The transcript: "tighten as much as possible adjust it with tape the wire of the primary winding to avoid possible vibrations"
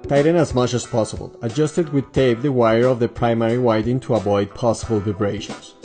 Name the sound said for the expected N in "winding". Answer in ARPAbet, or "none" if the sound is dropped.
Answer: none